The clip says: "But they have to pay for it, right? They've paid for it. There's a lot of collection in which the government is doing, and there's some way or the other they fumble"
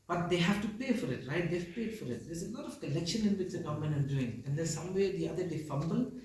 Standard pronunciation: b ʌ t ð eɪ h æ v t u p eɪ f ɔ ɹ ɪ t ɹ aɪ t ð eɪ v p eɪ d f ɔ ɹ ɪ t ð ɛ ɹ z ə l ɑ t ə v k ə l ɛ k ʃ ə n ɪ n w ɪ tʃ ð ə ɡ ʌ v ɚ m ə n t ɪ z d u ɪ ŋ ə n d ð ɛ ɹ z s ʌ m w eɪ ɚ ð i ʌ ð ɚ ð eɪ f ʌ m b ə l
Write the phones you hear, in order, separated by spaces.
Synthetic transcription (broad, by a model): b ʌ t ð eɪ h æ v t u p eɪ f ɔ ɹ ɪ t ɹ aɪ t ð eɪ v p eɪ d f ɔ ɹ ɪ t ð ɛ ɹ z ə l ɑ t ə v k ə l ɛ k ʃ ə n ɪ n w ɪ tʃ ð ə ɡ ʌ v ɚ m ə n ɪ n d u ɪ ŋ ə n d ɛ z s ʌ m w eɪ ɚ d i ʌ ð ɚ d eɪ f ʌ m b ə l